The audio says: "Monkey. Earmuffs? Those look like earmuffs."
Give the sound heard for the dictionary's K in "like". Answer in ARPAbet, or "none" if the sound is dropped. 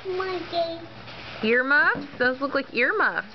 K